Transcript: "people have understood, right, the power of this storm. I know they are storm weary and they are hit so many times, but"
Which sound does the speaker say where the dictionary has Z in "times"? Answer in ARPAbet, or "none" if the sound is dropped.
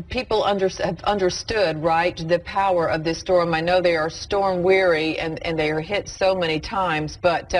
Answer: Z